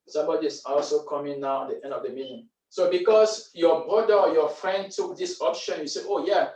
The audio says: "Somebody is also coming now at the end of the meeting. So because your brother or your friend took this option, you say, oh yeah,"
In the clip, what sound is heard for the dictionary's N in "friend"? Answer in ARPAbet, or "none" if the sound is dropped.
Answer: N